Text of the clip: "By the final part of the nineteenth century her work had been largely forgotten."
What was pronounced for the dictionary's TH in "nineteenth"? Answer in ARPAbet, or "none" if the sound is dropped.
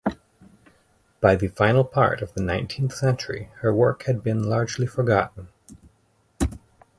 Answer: TH